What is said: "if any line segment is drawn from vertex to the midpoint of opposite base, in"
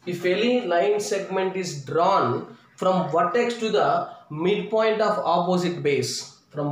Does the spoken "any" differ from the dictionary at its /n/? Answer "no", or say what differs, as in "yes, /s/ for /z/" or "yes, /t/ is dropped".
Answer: yes, /l/ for /n/